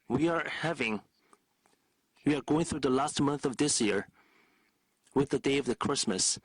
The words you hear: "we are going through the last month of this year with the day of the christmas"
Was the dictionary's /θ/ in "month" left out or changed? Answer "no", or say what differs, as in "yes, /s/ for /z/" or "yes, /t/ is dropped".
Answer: no